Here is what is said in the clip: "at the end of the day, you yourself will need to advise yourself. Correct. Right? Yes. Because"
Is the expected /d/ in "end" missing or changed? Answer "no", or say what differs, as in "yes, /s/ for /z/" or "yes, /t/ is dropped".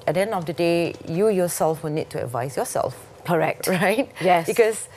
yes, /d/ is dropped